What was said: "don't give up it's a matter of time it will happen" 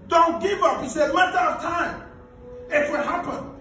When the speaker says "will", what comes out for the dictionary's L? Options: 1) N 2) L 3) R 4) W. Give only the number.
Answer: 1